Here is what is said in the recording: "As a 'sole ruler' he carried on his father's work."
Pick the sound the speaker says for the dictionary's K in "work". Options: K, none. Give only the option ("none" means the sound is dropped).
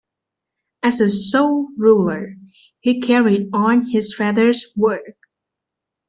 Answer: K